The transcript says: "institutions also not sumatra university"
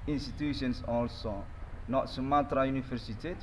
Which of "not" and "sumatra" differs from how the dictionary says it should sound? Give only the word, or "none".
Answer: none